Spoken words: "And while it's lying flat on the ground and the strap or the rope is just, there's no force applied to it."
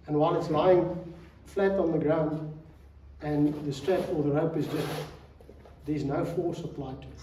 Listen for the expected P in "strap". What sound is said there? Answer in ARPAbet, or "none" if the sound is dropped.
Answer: F